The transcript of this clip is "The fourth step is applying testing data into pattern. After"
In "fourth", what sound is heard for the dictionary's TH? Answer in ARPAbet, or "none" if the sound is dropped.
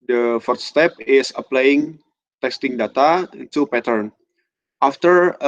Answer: T